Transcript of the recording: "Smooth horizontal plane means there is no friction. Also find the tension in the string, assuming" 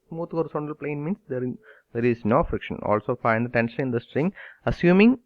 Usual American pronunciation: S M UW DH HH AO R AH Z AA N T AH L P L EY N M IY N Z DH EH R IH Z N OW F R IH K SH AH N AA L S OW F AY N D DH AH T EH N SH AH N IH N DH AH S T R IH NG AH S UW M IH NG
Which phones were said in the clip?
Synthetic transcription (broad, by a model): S M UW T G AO R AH S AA N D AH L P L EY N M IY N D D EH R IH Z N OW F R IH K SH AH N AA L S OW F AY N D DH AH T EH N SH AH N IH N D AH S T R IH NG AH S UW M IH NG